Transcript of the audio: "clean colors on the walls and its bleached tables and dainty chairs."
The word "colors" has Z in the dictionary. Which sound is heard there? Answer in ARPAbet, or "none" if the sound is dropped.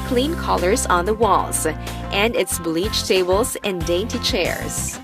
Z